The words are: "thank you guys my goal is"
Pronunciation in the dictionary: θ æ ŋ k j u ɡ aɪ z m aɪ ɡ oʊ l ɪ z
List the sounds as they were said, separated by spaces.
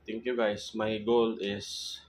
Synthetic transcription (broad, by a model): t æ ŋ k j u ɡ aɪ s m aɪ ɡ oʊ l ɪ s